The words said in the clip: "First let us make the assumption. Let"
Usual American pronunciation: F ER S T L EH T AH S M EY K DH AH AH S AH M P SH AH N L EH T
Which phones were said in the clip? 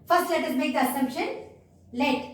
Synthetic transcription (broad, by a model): F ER S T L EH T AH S M EY K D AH AH S AH M P SH AH N L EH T